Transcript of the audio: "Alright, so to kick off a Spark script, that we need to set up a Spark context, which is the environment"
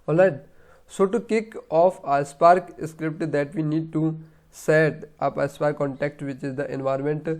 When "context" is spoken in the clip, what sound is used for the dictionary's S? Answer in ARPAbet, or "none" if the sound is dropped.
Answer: none